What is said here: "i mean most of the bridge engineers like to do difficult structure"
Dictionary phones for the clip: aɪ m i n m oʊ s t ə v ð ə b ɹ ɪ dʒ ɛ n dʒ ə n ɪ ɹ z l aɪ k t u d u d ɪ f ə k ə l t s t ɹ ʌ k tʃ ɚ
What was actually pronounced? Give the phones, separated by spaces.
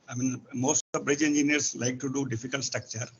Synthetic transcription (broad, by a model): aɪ m i n m oʊ s t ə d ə b ɹ ɪ dʒ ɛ n dʒ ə n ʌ ɹ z l aɪ k t u d u d ɪ f ə k ə l t s t ɹ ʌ k tʃ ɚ